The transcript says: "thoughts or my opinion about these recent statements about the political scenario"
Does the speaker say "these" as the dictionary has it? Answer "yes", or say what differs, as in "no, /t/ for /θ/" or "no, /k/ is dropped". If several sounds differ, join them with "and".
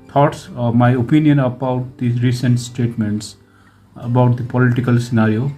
no, /z/ is dropped